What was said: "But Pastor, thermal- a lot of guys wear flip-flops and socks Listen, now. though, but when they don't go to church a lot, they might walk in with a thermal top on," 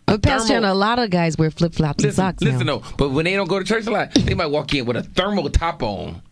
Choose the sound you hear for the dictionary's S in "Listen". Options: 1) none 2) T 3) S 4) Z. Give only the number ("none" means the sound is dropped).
1